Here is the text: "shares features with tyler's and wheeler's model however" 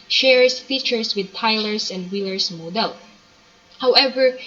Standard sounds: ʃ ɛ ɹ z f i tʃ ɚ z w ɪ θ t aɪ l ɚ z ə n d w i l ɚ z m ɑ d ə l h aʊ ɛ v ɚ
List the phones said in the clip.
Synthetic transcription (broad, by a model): ʃ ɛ ɹ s f i tʃ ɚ s w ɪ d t aɪ l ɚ s ə n d w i l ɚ s m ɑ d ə l h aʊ ɛ v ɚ